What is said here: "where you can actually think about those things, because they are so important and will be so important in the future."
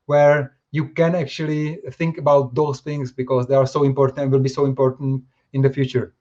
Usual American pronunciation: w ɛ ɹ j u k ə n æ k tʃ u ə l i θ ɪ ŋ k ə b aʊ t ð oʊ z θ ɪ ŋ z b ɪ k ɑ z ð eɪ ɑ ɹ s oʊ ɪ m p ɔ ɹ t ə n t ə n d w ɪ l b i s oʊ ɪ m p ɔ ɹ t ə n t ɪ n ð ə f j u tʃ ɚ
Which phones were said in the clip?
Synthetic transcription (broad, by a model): w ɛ ɹ j u k ə n æ k tʃ u ə l i θ ɪ ŋ k ə b aʊ t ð oʊ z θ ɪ ŋ s b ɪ k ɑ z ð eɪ ɑ ɹ s oʊ ɪ m p ɔ ɹ t ə n t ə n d w ɪ l b i s oʊ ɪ m p ɔ ɹ t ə n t ɪ n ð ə f j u tʃ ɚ